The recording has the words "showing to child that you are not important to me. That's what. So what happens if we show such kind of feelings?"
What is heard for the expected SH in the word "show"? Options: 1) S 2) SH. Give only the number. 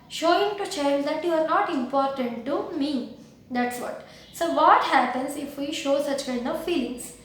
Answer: 2